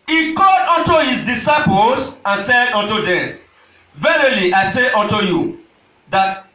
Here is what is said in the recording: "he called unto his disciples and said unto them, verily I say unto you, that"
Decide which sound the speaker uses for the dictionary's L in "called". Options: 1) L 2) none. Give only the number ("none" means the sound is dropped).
2